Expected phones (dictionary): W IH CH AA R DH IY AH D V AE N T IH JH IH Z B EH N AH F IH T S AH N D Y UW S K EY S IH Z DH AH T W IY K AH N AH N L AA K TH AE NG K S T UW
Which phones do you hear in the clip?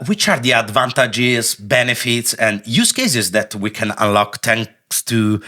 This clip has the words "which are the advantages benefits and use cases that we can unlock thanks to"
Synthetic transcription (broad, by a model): W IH CH AA R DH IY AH D V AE N T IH JH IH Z B EH N AH F IH T S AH N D Y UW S K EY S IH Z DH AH T W IY K AH N AH N L AA K T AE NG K S T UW